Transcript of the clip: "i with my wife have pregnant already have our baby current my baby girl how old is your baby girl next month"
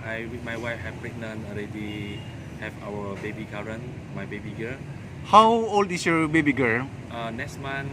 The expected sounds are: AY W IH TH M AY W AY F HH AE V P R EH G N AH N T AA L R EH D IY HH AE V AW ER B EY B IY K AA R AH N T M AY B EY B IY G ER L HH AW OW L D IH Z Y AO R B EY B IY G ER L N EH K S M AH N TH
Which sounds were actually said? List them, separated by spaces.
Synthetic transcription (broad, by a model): AY W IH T M AY W AY F HH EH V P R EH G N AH N AA L R EH D IY HH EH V AW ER B EY B IY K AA R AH N M AY B EY B IY G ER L HH AW OW L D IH S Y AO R B EY B IY G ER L N EH K S M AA N